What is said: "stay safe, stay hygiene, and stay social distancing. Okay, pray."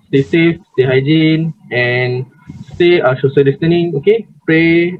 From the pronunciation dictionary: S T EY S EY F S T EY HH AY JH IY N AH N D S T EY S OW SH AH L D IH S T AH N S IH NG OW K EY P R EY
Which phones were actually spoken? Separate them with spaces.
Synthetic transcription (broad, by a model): S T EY S EY F S T EY HH AY JH IY N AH N S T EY SH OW S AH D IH S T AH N IH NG OW K EY P R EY